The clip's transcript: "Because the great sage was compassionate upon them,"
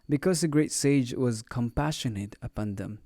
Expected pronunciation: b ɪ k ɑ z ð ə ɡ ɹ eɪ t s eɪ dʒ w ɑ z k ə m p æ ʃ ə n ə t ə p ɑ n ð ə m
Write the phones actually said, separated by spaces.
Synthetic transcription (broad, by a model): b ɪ k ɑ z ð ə ɡ ɹ eɪ t s eɪ dʒ w ɑ z k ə m p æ ʃ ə n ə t ə p ɑ n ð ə m